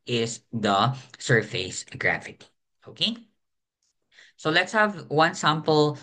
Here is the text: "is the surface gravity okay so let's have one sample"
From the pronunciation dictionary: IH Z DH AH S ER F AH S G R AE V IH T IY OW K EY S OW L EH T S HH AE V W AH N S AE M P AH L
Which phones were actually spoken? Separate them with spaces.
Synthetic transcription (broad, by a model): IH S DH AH S ER F AH S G R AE F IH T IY OW K EY S OW L EH T S HH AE V W AH N S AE M P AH L